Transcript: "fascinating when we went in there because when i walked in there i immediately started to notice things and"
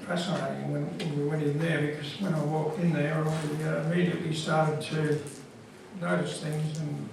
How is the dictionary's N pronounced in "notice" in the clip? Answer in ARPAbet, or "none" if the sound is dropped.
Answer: L